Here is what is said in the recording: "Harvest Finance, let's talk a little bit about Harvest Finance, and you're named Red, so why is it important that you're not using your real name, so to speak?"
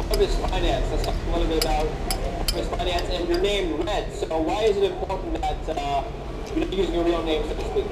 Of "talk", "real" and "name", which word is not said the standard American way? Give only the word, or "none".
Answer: none